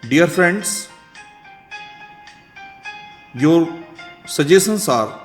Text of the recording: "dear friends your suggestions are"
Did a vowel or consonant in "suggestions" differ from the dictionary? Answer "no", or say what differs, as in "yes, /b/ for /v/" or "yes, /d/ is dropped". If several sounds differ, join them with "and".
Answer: yes, /tʃ/ is dropped and /s/ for /z/